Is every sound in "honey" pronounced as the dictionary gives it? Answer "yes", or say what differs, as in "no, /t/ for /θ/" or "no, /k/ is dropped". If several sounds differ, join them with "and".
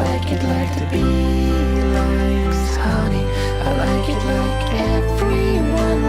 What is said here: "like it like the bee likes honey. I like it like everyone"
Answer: no, /n/ is dropped